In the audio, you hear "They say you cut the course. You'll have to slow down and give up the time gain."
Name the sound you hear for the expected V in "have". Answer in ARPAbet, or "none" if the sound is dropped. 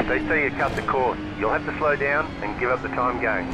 F